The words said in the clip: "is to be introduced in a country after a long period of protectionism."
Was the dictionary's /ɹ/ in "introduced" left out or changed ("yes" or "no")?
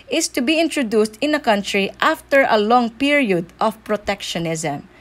no